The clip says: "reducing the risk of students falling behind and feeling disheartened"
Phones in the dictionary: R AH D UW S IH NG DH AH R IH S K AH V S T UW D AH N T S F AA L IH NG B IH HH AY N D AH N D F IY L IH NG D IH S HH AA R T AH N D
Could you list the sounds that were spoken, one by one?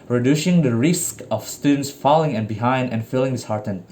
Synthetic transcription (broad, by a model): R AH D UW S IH NG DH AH R IH S K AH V S T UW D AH N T S F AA L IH NG B IH HH AY N D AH N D F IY L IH NG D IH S HH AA R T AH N